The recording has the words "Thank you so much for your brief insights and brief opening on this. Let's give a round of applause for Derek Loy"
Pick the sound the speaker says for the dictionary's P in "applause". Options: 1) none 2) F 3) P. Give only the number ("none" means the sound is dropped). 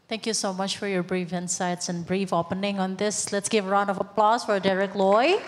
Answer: 3